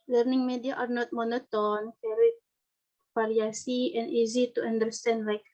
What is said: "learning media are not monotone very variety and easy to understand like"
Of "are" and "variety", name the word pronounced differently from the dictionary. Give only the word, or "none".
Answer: variety